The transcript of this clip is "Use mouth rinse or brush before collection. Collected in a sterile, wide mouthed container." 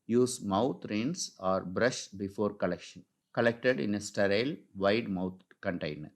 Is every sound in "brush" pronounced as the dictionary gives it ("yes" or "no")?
yes